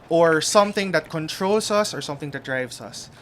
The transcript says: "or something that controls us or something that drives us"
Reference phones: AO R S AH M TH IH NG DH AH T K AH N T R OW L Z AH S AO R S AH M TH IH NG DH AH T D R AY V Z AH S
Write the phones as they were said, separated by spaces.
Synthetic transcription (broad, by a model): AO R S AH M TH IH NG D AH T K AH N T R OW L S AH S AO R S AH M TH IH NG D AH T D R AY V S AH S